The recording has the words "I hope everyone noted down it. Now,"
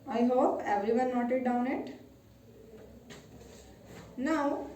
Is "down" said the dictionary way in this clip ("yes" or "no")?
yes